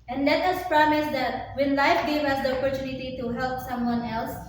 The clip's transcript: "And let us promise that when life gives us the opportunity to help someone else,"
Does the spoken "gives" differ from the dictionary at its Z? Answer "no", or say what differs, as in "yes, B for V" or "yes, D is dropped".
yes, Z is dropped